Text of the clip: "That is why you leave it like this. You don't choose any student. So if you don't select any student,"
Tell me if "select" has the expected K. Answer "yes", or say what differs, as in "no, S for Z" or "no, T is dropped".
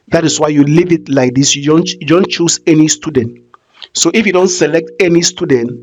yes